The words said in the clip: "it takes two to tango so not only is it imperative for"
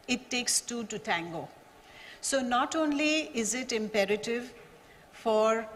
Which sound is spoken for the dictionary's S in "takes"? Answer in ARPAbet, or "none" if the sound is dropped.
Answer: S